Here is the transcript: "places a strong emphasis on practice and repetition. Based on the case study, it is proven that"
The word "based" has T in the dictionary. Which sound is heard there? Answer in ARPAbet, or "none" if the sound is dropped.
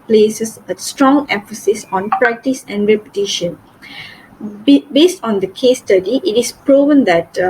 T